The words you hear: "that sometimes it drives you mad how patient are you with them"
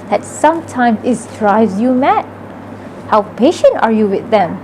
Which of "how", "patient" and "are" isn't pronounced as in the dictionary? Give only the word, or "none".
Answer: none